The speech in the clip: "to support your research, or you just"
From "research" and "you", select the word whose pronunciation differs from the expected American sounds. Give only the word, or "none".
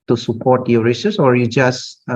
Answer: research